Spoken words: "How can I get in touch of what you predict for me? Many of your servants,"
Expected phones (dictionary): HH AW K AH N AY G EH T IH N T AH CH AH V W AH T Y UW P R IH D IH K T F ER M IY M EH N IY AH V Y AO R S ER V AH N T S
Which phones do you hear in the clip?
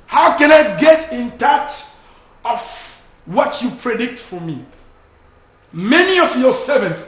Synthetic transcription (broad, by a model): HH AW K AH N AY G EH T IH N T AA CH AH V W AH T Y UW P R IH D IH K T F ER M IY M EH N IY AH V Y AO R S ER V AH N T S